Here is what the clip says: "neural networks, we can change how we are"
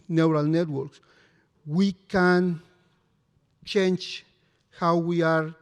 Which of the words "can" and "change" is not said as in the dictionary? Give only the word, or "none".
change